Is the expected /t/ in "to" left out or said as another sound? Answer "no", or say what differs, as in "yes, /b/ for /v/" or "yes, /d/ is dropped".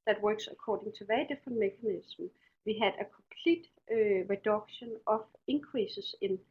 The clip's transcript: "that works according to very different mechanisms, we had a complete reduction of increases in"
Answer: yes, /s/ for /t/